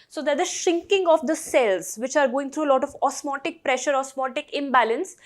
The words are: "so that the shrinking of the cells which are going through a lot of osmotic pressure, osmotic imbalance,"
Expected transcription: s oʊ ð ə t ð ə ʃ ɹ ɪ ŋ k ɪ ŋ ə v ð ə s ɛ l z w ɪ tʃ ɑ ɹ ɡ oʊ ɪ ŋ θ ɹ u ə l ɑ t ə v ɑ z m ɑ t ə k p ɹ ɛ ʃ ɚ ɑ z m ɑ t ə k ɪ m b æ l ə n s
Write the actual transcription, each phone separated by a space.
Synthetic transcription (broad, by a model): s oʊ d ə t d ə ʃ ɪ ŋ k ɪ ŋ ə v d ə s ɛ l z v ɪ tʃ ɑ ɹ ɡ oʊ ɪ ŋ t ɹ u ə l ɑ t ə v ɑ s m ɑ t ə k p ɹ ɛ ʃ ɚ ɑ s m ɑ t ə k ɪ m b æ l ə n s